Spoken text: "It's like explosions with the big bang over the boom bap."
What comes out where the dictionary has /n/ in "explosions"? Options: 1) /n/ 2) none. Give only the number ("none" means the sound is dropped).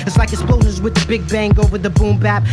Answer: 2